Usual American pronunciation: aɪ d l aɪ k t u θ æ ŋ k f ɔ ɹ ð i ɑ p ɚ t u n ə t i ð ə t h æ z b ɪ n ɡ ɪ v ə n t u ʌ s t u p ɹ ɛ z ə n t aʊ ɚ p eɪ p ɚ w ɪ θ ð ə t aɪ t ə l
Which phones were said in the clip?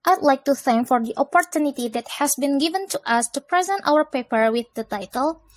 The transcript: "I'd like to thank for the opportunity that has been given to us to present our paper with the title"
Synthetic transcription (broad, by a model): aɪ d l aɪ k t u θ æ ŋ k f ɔ ɹ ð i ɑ p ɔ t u n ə t i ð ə t h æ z b ɪ n ɡ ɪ v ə n t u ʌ s t u p ɹ ɛ z ə n t aʊ ɚ p eɪ p ɚ w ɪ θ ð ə t aɪ t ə l